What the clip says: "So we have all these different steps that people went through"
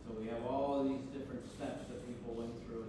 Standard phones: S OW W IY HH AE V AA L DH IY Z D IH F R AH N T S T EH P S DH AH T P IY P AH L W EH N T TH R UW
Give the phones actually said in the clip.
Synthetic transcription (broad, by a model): S OW W IY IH V AA L DH IY Z D IH F R AH N T S T EH P S DH AH T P IY P L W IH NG TH R UW